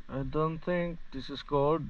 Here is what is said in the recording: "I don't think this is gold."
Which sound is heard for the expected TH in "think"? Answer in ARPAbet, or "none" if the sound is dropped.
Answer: T